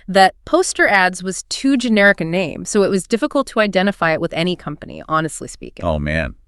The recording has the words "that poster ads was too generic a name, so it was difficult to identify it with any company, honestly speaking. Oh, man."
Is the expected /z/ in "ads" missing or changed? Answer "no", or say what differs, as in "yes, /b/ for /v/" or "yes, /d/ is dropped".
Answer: no